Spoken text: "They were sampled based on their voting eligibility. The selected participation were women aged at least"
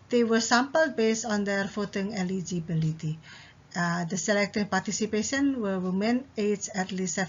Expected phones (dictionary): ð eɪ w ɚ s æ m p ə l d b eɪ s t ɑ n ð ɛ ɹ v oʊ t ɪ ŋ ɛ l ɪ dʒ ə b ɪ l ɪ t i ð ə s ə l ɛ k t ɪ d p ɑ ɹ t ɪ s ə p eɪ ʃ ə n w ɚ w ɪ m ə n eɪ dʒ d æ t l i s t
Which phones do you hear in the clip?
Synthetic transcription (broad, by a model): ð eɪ w ɚ s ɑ m p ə l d b eɪ s t ɑ n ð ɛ ɹ f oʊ t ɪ ŋ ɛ l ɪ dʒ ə b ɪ l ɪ t i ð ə s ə l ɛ k t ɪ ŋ p ɑ ɹ t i s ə p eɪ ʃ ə n w ɚ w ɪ m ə n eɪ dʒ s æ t l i s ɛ